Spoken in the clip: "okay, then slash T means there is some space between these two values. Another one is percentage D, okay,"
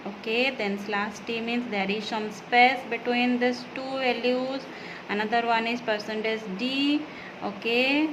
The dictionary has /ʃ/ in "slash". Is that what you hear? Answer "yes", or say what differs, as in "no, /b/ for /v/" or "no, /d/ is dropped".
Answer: no, /s/ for /ʃ/